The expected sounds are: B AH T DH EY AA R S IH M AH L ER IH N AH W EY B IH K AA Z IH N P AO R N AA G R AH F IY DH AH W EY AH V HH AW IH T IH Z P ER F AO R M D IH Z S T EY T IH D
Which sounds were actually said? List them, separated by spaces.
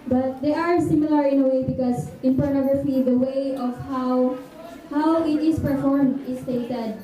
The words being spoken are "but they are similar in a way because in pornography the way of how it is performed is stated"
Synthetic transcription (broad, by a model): B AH T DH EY AA R S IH M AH L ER IH N AH W EY B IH K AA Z IH N P AO R N AA G R AH F IY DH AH W EY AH W HH AW IH T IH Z P ER F AO R M D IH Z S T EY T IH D